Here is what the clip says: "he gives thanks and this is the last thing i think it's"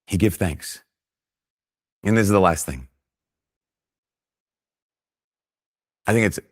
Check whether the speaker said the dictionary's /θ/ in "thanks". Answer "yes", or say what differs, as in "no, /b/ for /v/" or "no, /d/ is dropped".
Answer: yes